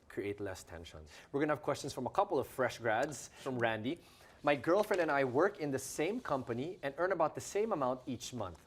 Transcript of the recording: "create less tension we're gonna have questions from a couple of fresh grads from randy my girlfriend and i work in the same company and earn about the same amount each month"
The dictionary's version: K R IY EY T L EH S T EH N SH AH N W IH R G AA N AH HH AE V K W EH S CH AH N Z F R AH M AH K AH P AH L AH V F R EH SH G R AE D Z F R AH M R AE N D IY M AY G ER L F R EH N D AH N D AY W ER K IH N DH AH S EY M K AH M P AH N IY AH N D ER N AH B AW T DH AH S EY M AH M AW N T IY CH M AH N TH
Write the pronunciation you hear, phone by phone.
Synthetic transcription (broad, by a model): K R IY EY T L EH S T EH N SH AH N W IH R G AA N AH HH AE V K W EH S CH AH N S F R AH M AH K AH P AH L AH V F R EH SH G R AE D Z F R AH M R AE N D IY M AY G ER L F R EH N D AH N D AY W ER K IH N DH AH S EY M K AH M P AH N IY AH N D ER N AH B AW T DH AH S EY M AH M AW N T IY CH M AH N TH